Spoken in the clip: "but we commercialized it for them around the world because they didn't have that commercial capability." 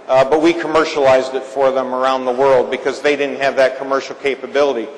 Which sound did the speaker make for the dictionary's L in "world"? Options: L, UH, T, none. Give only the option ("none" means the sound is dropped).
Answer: L